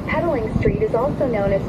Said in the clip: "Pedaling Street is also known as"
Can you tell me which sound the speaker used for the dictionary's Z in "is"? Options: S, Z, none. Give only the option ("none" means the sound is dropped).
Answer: Z